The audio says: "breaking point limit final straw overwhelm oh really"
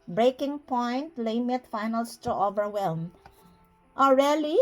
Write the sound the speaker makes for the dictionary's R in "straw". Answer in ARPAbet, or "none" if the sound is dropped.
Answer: none